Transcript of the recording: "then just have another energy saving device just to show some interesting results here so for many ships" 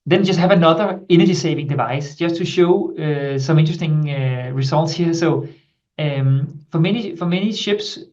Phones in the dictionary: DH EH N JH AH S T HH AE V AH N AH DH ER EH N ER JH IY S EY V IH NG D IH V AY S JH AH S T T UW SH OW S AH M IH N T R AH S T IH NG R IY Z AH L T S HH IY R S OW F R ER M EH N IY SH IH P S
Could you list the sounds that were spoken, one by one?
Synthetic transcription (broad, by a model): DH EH N JH AH S T HH AE V AH N AH DH ER EH N ER JH IY S EY V IH NG D IH V AY S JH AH S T T UW SH OW S AH M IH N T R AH S T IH NG R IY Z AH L T S HH IY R S OW F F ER M EH N IY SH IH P S